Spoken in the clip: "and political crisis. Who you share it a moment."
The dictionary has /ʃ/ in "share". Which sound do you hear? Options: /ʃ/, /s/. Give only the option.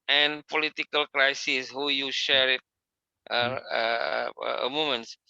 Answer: /ʃ/